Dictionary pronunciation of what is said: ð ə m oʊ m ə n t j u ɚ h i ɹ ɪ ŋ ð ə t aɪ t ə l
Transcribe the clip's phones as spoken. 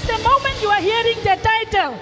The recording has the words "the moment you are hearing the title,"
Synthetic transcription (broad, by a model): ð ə m oʊ m ə n t j u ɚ h i ɹ ɪ ŋ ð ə t aɪ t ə l